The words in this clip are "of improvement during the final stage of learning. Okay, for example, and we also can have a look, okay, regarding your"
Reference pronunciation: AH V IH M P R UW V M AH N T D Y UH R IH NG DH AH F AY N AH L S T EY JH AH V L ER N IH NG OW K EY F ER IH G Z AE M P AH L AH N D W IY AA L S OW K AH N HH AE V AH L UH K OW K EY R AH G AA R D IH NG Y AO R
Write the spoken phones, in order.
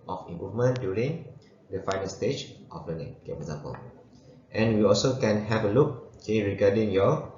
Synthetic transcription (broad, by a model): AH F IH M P UW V M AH N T D Y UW R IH NG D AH F AY N AH L S T EY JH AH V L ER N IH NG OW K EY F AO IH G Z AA M P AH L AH N W IY AA L S OW K AH N HH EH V AH L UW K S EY R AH G AA D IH NG Y AO